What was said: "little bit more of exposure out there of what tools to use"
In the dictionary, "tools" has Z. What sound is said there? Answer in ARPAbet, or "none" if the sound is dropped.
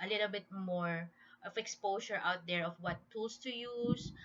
S